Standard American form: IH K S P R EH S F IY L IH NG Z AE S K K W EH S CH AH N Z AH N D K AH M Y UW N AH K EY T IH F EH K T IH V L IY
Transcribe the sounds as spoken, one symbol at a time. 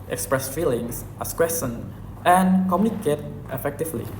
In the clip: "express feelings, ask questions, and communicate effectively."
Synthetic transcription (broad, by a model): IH K S P R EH S F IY L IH NG S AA S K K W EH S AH N AH N K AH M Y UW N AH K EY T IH F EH K T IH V L IY